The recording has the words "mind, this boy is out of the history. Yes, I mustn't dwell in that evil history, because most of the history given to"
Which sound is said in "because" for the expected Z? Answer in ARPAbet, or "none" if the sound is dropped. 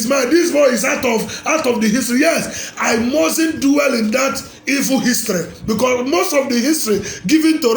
S